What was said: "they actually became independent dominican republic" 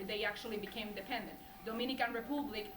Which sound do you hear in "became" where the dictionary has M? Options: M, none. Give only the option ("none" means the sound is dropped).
none